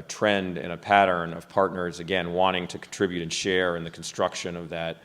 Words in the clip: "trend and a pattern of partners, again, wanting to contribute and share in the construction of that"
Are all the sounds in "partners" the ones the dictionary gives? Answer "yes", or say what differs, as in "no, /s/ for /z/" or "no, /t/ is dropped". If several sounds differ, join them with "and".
yes